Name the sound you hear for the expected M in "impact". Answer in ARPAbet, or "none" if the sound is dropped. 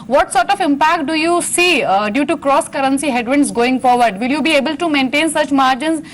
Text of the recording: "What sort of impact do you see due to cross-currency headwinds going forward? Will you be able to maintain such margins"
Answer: M